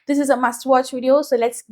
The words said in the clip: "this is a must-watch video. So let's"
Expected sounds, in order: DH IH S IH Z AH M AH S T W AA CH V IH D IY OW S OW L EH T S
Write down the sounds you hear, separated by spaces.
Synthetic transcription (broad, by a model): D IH S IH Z AH M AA S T W AA CH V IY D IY OW S OW L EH T S